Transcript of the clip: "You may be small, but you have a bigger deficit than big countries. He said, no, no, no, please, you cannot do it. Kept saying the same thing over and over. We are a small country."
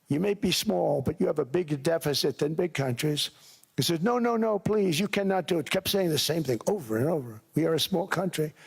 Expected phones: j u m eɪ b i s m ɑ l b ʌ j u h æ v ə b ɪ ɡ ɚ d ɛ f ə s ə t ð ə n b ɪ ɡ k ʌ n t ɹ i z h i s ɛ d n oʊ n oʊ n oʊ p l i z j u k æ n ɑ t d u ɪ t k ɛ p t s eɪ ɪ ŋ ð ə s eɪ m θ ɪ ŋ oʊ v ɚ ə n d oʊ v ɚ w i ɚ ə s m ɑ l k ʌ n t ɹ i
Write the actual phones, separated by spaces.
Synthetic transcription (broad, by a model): j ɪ m eɪ b i s m ɑ l b ʌ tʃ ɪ v ə b ɪ ɡ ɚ d ɛ f ə s ə t ð ə n b ɪ ɡ k ʌ n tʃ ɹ i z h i s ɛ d n oʊ n oʊ n oʊ p l i z j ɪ k æ n ɑ t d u ɪ t k ɛ p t s eɪ ɪ ŋ ð ə s eɪ m θ ɪ ŋ oʊ v ɚ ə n oʊ v ɚ w i ɚ ə s m ɑ l k ʌ n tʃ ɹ i